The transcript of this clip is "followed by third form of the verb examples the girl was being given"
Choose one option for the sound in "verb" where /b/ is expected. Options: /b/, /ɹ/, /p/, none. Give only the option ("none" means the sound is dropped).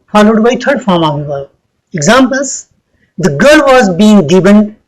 none